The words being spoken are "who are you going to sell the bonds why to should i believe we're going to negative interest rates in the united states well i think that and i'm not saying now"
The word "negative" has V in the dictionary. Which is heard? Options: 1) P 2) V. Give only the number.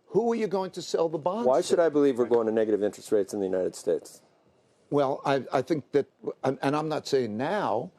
2